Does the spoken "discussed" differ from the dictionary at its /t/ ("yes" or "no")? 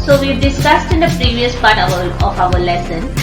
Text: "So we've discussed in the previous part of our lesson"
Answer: no